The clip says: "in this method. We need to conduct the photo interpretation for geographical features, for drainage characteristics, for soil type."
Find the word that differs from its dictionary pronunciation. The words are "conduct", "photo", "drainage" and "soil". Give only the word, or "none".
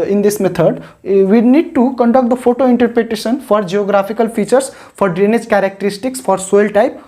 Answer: none